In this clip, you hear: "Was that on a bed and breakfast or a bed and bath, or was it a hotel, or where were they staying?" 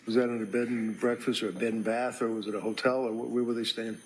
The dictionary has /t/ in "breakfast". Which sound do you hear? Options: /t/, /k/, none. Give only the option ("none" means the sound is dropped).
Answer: /t/